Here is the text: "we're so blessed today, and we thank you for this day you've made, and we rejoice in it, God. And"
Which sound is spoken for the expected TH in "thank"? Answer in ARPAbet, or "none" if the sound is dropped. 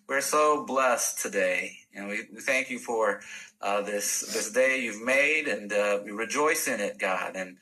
TH